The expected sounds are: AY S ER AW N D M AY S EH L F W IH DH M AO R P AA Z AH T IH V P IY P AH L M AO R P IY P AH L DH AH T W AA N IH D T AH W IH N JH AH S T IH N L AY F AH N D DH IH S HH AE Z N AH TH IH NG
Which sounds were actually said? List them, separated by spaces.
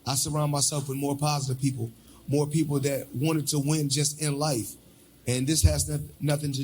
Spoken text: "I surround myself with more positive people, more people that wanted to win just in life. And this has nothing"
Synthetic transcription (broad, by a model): AY S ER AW N M AY S EH L F W IH DH M AO R P AA Z AH T IH V P IY P L M AO R P IY P L DH AH T W AA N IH D T AH W IH N JH AH S T IH N L AY F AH N DH IH S HH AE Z N AH TH IH NG